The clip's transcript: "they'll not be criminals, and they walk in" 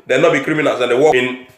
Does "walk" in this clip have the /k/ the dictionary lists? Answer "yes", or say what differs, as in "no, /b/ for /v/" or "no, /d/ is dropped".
no, /k/ is dropped